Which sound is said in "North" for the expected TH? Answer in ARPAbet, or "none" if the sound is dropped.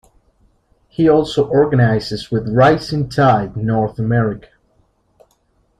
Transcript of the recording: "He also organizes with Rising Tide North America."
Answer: TH